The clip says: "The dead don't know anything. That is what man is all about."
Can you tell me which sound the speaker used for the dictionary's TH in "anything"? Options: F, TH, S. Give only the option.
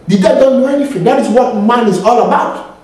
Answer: F